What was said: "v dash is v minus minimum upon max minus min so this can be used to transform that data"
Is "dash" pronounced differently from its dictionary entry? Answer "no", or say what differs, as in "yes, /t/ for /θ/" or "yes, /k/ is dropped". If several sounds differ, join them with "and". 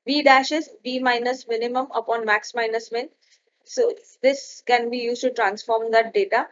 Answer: no